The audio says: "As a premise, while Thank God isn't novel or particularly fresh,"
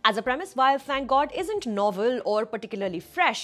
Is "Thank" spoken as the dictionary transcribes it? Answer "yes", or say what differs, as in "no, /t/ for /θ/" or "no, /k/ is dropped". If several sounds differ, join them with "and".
no, /f/ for /θ/